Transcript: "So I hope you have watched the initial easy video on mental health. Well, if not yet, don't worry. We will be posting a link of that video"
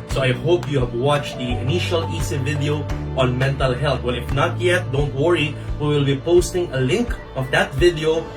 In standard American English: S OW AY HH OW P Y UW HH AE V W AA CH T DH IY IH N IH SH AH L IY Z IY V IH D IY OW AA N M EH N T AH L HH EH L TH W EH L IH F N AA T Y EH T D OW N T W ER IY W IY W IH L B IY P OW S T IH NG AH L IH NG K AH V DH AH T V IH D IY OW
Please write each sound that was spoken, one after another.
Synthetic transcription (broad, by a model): S OW AY HH OW P Y UW HH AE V W AA CH T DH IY IH N IH SH AH L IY S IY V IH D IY OW AA N M EH N T AH L HH EH L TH W EH L IH F N AA T Y EH T D OW N T W ER IY W IY W IH L B IY P OW S T IH NG AH L IH NG K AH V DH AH T V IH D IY OW